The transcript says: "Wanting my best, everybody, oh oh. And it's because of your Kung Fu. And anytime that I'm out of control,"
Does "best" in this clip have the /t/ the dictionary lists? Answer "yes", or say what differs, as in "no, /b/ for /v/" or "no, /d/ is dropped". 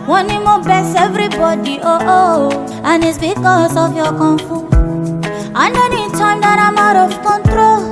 no, /t/ is dropped